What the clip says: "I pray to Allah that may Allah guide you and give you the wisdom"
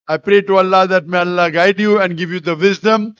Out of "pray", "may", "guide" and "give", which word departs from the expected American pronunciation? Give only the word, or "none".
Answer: none